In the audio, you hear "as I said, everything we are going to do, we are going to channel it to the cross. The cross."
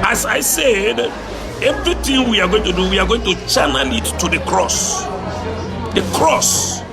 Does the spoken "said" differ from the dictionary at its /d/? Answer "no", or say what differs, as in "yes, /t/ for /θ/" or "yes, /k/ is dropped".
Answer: no